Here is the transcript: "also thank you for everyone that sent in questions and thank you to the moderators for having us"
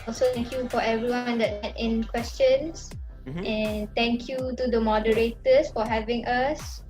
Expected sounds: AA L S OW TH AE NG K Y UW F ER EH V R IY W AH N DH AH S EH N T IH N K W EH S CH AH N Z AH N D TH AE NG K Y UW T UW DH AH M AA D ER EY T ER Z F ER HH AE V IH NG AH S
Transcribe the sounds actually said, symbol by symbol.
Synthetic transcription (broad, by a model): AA L S OW T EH NG K Y UW F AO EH V R IY W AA N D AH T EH T IH N K W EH S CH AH N S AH N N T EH NG K Y UW T UW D AH M AA D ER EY T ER S F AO HH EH V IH NG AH S